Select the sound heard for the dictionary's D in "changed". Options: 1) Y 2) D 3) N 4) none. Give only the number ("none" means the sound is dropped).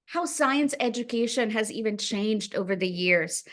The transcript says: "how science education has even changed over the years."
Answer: 2